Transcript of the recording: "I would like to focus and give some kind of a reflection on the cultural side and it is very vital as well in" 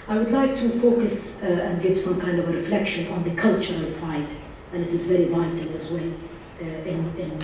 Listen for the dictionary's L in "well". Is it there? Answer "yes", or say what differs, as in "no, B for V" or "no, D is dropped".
no, N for L